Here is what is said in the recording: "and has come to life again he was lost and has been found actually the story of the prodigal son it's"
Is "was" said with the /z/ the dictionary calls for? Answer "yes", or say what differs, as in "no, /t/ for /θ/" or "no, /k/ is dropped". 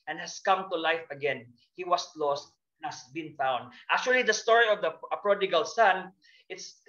no, /s/ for /z/